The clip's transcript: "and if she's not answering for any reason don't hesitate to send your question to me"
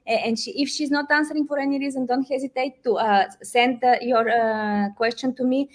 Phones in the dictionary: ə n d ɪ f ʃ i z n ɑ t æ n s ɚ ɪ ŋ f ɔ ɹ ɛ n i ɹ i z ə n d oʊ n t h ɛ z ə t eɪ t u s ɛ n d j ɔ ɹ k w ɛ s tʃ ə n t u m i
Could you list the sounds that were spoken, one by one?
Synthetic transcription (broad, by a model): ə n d ɪ f ʃ i z n ɑ t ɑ n s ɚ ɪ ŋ f ɔ ɹ ɛ n i ɹ i z ə n d oʊ n t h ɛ z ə t eɪ t u s ɛ n d j ɔ ɹ k w ɛ s tʃ ə n t u m i